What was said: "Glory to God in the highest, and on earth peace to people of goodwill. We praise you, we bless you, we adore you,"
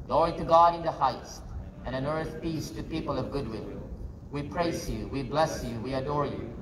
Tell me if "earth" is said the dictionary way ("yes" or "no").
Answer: yes